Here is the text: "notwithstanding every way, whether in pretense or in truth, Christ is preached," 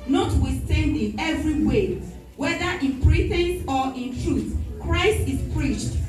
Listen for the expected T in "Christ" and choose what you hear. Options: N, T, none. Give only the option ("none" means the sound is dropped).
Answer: T